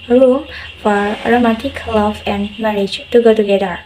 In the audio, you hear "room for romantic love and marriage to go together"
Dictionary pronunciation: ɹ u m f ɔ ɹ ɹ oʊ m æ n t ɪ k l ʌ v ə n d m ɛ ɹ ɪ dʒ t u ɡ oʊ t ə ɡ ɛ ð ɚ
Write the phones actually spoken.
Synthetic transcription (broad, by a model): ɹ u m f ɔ ɹ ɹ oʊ m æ t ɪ k l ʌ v ə n d m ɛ ɹ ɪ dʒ t u ɡ oʊ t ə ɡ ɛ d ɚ